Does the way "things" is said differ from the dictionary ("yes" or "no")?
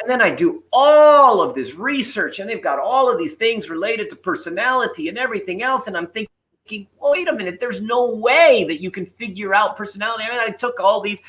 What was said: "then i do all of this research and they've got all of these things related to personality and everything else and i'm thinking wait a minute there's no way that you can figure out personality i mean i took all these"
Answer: no